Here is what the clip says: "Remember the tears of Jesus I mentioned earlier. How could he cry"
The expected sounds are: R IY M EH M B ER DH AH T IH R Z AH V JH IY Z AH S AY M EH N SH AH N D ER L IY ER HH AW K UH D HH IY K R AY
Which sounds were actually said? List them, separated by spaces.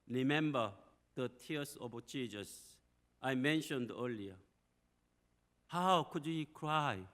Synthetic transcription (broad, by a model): R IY M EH M B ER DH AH T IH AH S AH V CH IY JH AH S AY M EH N SH AH N D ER L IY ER HH AW K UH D HH IY K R AY